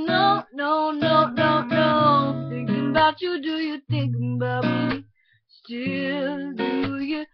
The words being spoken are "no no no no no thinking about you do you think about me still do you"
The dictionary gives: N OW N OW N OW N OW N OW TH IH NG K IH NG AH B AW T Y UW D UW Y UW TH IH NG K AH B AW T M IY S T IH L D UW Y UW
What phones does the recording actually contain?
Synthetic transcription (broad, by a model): N OW N OW N OW N OW N OW TH IH NG K IH NG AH B AW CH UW D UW Y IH TH IH NG K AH B AW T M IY S T IH L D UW Y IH